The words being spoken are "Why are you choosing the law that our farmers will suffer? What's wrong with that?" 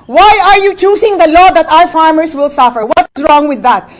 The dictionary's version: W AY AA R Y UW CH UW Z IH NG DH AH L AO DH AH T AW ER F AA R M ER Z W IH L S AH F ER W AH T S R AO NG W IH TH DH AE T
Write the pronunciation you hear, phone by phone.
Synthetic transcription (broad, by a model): W AY AA R Y UW CH UW S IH NG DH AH L AO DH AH T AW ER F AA R M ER S W IH L S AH F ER W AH T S R AO NG W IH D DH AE T